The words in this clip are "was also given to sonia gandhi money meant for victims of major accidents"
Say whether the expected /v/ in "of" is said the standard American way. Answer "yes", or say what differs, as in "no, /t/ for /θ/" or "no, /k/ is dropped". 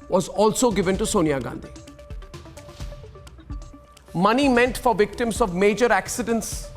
yes